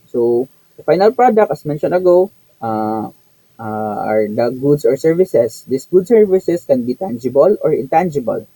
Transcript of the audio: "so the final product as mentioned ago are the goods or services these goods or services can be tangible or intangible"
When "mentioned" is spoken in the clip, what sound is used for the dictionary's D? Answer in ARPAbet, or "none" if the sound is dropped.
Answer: none